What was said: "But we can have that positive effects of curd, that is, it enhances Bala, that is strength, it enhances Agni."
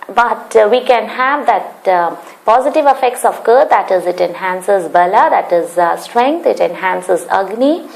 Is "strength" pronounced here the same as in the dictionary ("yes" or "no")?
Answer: no